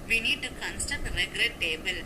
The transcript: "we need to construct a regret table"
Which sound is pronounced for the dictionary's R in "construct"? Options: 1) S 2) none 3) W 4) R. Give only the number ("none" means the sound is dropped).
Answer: 2